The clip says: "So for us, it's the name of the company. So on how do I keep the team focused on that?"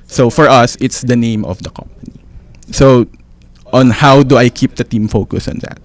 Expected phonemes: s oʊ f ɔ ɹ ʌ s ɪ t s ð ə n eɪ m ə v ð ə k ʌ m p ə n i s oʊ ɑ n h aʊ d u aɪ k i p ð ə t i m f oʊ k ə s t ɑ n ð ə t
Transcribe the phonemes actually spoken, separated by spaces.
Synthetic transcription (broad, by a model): s oʊ f ɔ ɹ ʌ s ɪ t s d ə n eɪ m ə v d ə k ʌ m p ə n i s oʊ ɑ n h aʊ d u aɪ k i p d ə t i m f oʊ k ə s ɑ n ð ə t